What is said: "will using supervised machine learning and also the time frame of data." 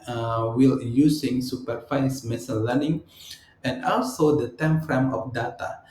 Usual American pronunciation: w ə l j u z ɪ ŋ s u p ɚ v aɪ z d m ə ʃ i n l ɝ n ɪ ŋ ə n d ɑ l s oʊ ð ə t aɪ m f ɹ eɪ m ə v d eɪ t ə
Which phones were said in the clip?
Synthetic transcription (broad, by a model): w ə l j u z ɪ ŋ s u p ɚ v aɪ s m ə s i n l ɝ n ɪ ŋ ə n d ɑ l s oʊ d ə t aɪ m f ɹ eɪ m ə f d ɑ t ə